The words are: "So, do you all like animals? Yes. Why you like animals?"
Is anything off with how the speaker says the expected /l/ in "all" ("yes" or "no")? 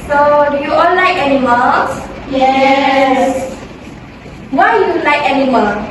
yes